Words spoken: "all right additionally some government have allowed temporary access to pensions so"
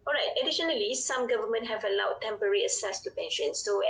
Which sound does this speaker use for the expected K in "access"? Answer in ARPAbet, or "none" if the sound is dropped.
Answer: none